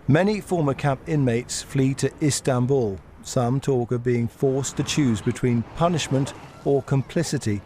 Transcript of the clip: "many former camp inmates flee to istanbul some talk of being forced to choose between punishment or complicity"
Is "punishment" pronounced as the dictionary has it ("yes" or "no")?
yes